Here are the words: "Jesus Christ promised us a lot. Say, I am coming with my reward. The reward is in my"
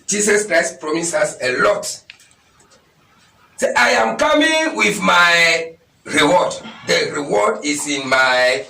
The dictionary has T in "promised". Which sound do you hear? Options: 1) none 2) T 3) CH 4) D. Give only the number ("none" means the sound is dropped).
1